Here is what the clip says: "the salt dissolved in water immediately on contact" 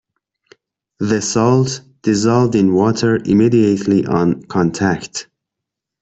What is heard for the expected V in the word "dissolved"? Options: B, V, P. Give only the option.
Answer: V